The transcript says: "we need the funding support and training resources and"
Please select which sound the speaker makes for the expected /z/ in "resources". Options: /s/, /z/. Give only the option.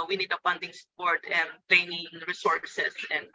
/s/